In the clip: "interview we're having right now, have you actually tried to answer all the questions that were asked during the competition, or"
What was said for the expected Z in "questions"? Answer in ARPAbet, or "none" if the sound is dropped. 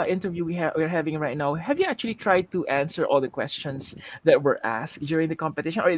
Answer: S